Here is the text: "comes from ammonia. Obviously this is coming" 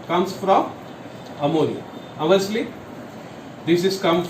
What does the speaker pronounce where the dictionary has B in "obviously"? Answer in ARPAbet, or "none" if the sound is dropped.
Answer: none